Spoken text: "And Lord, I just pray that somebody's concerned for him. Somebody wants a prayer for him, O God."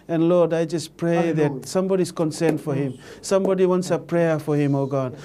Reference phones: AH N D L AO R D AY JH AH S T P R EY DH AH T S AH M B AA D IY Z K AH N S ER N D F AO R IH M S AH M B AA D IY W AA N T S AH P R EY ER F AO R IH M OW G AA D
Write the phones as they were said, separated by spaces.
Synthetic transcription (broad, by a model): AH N L AO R D AY JH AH S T P R EY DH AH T S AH M B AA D IY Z K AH N S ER N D F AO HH IH M S AH M B AA D IY W AA N T S AH P R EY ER F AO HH IH M OW G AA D